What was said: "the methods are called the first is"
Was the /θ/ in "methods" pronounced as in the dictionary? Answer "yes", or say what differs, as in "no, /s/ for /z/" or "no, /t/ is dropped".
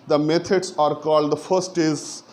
no, /t/ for /θ/